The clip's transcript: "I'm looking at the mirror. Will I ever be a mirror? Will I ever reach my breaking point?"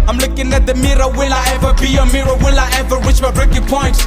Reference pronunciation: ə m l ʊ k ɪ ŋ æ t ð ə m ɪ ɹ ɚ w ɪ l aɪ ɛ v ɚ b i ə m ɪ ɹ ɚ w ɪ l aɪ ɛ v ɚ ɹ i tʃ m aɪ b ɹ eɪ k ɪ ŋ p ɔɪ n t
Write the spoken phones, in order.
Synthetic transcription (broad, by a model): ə m l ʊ k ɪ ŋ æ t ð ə m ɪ ɹ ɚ w ɪ l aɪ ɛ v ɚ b i ə m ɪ ɹ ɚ w ɪ l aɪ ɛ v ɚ w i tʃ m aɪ b ɹ eɪ k ɪ ŋ p ɔɪ n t